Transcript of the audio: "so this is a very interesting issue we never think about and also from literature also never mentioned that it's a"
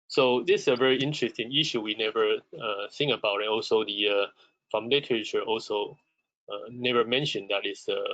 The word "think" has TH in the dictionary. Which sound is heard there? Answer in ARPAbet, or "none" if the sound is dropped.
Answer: S